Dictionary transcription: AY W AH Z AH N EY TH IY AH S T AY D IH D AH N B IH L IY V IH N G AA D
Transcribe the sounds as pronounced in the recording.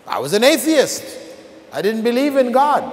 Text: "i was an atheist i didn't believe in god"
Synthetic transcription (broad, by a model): AY W AH Z AH N EY TH IY AH S T AY D IH D N B IH L IY V IH N G AA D